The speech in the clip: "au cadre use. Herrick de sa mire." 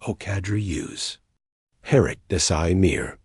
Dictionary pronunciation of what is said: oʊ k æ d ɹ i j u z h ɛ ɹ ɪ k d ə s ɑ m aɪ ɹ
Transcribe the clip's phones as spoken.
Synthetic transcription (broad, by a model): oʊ k æ d ɹ i j u z h ɛ ɹ ɪ k d ə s ɑ m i ɹ